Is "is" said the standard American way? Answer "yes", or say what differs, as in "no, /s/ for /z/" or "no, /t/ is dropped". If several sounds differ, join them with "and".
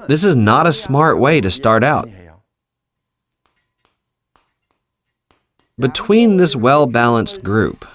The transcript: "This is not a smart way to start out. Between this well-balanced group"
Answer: yes